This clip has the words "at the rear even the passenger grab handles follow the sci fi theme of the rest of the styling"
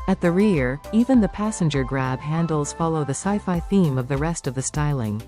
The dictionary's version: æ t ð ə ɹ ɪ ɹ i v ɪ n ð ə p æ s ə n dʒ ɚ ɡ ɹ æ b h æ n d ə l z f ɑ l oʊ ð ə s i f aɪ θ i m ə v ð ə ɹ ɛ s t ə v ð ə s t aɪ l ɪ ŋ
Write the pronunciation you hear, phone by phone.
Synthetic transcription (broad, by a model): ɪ t ð ə ɹ ɪ ɹ i v ɪ n ð ə p æ s ə n dʒ ɚ ɡ ɹ æ b h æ n d l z f ɑ l oʊ ð ə s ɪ f aɪ θ i m ə v ð ə ɹ ɛ s t ə v ð ə s t aɪ l ɪ ŋ